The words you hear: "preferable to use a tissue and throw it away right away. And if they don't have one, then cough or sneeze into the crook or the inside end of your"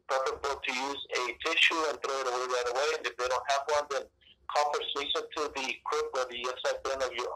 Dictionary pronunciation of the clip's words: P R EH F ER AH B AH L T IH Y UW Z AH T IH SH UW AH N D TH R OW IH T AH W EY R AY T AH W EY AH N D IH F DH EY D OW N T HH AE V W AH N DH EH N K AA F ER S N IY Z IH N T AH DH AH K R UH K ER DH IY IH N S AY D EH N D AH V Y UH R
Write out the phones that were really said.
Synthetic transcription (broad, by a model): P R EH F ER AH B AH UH T IH Y UW Z AH T IH SH UW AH N TH R OW IH T AH W EY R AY T AH W EY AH N IH F DH EY D OW N T HH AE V W AH N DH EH N K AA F ER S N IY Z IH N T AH DH AH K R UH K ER DH IY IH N S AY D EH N AH V Y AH R